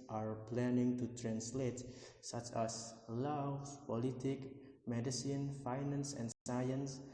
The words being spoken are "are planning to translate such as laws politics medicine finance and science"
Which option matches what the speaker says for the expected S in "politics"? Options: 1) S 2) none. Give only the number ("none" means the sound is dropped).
2